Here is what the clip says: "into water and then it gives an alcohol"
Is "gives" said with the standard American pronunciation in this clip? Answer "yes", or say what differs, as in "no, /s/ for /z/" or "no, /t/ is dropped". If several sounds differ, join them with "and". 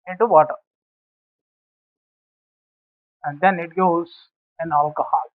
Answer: no, /v/ is dropped